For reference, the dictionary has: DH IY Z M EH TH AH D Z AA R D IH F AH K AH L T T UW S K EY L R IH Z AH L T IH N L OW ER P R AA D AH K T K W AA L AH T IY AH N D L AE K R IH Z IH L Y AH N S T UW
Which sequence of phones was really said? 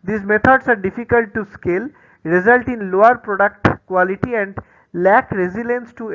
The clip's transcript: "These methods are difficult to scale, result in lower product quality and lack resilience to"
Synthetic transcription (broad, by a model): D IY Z M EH T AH D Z AA R D IH F AH K AH L T T UW S K EY L R IH Z AH L T IH N L OW ER P R AA D AH K T K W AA L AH T IY AH N D L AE K R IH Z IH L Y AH N S T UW